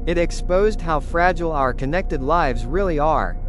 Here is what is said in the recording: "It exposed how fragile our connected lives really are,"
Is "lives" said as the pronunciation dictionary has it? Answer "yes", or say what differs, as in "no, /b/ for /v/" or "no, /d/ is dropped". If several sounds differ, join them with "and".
yes